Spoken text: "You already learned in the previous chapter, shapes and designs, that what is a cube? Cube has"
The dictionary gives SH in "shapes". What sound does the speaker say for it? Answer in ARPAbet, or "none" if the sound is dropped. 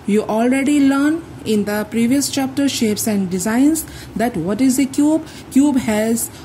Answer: SH